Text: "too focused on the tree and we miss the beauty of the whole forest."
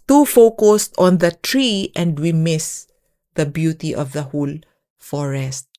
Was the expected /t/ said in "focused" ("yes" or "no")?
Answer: yes